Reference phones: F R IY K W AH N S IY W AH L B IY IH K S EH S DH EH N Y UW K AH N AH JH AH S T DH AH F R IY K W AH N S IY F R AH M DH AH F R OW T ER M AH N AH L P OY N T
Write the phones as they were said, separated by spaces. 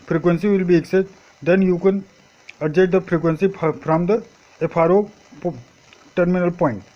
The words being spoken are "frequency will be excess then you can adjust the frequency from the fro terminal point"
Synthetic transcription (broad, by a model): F R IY K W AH N S IY W AH L B IY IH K S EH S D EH N Y UW K AH N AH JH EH T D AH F R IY K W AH N S IY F R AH M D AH P R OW T ER M AH N AH L P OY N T